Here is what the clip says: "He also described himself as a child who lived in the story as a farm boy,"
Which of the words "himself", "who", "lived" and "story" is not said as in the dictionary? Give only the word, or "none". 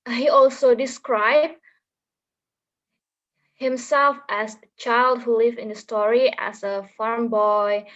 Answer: lived